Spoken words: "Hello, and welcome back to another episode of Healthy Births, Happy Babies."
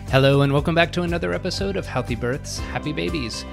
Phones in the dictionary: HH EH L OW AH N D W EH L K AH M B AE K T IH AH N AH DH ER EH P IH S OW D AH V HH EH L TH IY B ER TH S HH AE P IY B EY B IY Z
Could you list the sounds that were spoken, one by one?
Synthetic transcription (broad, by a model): HH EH L OW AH N W EH L K AH M B AE K T IH AH N AH DH ER EH P IH S OW D AH V HH EH L TH IY B ER TH S HH AE P IY B EY B IY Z